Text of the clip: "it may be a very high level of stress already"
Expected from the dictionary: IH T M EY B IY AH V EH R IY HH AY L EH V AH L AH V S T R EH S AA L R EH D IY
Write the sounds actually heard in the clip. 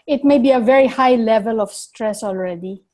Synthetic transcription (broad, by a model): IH T M EY B IY AH V EH R IY HH AY L EH V AH L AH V S T R EH S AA L R EH D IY